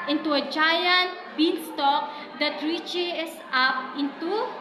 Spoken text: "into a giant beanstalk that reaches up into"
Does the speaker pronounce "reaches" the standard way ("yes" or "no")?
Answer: no